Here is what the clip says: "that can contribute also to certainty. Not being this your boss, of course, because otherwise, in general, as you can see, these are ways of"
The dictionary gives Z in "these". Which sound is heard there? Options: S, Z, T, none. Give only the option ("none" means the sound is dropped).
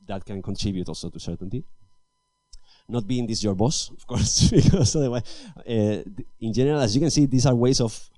S